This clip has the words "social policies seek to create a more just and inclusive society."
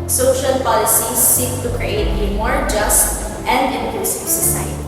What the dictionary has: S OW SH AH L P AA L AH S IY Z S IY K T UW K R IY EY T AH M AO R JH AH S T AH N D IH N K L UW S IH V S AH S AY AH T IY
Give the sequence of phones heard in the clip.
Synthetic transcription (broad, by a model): S OW SH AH L P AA L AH S IY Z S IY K T UW K R IY EY T AH M AO R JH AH S T AH N D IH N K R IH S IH S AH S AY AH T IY